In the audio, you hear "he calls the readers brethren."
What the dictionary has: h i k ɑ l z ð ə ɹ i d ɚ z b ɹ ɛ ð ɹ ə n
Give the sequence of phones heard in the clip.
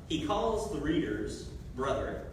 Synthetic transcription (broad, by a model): h i k ɑ l z ð ə ɹ i d ɚ z b ɹ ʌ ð ə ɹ